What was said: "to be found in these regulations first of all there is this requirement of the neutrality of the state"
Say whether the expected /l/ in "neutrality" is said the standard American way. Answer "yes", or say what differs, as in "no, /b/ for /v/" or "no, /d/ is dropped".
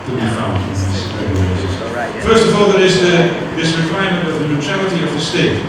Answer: yes